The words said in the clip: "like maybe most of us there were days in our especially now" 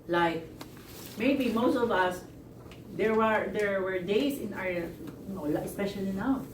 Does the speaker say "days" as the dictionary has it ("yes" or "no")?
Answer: no